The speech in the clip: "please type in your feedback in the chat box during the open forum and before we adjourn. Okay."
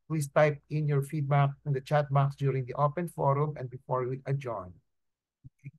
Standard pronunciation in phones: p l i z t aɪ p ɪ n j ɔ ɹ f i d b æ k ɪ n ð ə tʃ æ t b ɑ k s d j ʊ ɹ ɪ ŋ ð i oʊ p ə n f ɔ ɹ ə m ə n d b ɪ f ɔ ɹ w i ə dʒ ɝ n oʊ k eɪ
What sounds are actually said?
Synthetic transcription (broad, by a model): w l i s t aɪ p ɪ n j ɔ ɹ f i d b æ k ɪ n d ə tʃ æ t b ɑ k s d j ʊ ɹ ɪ ŋ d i oʊ p ə n f ɔ ɹ ə m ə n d b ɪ f ɔ ɹ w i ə dʒ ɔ ɪ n